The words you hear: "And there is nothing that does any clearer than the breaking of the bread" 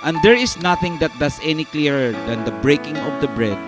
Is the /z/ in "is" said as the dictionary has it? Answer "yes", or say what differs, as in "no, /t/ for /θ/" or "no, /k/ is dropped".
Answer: no, /s/ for /z/